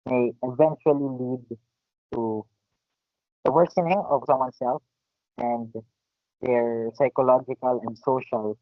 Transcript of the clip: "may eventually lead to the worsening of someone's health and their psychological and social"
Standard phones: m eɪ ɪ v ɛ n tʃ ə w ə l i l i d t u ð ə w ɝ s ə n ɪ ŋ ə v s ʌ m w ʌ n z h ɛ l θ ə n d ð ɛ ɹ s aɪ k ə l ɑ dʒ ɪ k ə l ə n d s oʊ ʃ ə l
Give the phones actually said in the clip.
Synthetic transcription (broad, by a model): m eɪ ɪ v ɛ n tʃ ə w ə l i l i d t u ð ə w ɝ s ə n ɪ ŋ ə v s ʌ m w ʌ n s ɛ l f ə n d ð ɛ ɹ s aɪ k ə l ɑ dʒ ɪ k ə l ə n d s oʊ ʃ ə l